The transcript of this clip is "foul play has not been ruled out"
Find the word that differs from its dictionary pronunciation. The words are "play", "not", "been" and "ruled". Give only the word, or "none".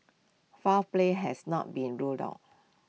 none